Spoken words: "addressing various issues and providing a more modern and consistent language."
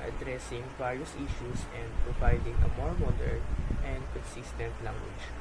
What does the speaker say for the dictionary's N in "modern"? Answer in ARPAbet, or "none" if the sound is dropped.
L